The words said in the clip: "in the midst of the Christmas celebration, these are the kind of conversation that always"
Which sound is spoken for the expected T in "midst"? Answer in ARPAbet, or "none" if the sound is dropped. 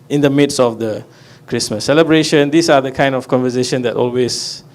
none